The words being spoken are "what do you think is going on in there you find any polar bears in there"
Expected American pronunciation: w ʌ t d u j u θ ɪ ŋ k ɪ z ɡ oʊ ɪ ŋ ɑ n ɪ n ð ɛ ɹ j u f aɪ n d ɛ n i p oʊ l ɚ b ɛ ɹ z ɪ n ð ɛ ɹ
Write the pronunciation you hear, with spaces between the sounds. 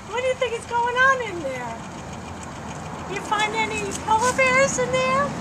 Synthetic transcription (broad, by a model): w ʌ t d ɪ j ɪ θ ɪ ŋ k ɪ s ɡ oʊ ɪ ŋ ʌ n ɪ n ð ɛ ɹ j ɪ f aɪ n d ɛ n i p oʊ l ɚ b ɛ ɹ z ɪ n ð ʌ ɹ